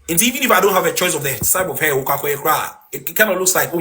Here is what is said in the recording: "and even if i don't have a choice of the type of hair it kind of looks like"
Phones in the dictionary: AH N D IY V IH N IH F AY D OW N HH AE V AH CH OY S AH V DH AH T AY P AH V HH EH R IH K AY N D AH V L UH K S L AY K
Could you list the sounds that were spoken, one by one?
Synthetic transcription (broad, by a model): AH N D IY V IH N IH F AY D OW N HH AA V AH CH OY S AH V DH AH S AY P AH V HH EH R IH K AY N AH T L UH K S L AY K